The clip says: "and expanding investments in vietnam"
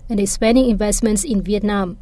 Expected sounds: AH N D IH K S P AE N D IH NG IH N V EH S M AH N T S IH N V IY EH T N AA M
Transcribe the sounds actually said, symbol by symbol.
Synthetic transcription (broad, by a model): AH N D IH S P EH N D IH NG IH N V EH S M AH N T S IH N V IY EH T N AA M